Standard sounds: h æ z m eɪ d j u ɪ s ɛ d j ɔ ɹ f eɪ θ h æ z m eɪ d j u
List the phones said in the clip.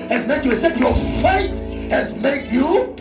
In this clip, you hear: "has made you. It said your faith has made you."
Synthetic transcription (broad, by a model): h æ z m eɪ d j u ɪ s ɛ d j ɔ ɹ f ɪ t h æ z m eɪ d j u